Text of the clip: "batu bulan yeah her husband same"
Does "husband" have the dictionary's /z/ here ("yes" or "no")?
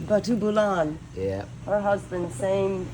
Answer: yes